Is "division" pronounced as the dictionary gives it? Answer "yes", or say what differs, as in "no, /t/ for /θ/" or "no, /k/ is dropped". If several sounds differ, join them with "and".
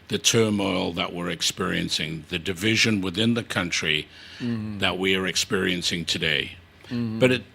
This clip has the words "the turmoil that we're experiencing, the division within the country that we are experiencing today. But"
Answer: yes